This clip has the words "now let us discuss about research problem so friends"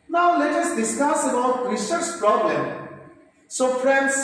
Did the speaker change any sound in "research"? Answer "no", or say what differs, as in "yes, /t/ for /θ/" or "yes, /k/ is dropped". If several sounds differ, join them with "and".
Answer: yes, /s/ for /tʃ/